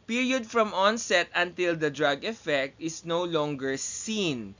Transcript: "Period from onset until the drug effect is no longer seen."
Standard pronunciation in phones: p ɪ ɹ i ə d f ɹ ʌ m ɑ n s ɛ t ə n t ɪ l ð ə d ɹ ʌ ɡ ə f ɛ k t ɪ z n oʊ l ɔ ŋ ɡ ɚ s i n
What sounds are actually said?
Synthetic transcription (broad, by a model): p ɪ ɹ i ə d f ɹ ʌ m ɑ n s ɛ t ə n t ɪ l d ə d ɹ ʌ ɡ ə f ɛ k t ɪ s n oʊ l ɔ ŋ ɡ ɚ s i n